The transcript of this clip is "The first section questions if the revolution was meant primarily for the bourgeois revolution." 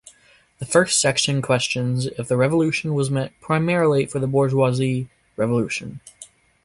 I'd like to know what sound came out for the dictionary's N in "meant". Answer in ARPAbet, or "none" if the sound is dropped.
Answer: none